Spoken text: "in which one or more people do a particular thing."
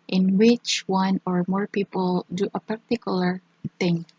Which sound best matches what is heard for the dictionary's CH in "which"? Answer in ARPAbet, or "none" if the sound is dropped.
CH